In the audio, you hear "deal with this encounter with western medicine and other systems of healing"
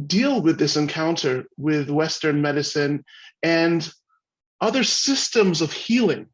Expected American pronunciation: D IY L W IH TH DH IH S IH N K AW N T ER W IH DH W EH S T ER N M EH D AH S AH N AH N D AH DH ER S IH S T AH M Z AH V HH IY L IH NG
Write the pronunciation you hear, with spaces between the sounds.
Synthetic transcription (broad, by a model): D IY L W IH DH IH S IH N K AW N T ER W IH DH W EH S T ER N M EH D AH S AH N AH N AH DH ER S IH S T AH M Z AH V HH IY L IH NG